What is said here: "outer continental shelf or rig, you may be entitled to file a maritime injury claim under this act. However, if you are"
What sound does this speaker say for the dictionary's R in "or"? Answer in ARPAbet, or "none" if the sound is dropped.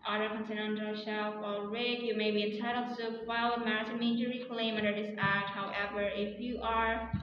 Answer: L